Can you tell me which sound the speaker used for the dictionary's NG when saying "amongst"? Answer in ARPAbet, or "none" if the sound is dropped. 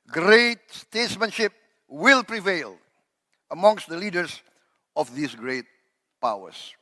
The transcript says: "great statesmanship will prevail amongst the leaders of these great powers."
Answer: NG